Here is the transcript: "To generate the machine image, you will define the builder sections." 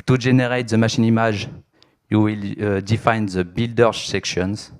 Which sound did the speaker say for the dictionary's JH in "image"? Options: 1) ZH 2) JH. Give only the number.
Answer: 1